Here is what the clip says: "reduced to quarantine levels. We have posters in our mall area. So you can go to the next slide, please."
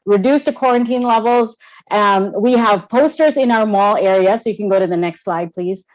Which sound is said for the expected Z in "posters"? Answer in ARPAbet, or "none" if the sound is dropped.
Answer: Z